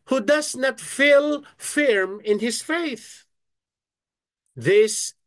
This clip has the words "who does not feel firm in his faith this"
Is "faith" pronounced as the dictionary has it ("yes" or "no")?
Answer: yes